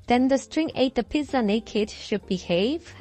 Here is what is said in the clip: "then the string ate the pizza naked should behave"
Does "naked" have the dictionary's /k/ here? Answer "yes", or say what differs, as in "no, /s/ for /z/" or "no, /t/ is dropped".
yes